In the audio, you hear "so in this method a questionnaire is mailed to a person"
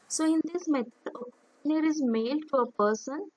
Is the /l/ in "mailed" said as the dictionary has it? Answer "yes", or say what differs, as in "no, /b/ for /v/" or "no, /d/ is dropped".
yes